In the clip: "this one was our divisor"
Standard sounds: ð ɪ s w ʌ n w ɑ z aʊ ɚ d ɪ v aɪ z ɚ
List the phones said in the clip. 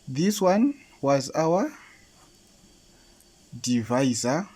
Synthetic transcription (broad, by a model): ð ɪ s w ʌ n w ɑ z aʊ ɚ d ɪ v aɪ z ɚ